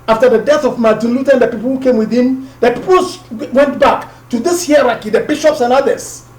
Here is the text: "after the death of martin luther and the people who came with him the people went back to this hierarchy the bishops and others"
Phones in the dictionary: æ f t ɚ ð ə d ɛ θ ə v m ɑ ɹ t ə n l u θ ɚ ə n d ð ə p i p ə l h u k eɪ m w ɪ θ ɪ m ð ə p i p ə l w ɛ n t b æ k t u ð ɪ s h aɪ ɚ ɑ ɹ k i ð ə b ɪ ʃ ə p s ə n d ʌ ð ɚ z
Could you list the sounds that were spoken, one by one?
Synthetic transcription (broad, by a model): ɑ f t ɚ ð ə d ɛ θ ə v m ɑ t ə l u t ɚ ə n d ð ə p i p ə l h u k eɪ m w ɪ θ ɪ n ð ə p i p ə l w ɛ n t b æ k t u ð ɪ s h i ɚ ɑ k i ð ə b ɪ ʃ ə p s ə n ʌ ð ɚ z